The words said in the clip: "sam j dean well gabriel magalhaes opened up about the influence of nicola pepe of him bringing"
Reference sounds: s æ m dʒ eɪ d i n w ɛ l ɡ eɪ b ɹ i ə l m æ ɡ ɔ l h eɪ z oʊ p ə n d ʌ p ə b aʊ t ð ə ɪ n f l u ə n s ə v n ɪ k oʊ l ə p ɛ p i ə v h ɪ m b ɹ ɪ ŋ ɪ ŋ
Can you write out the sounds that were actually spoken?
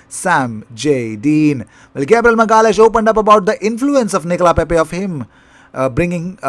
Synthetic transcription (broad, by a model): s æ m dʒ eɪ d i n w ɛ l ɡ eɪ b ɹ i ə l m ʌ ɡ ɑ l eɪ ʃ oʊ p ə n d ʌ p ə b aʊ t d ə ɪ n f l u ə n s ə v n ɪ k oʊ l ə p ɛ p i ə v h ɪ m b ɹ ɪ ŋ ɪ ŋ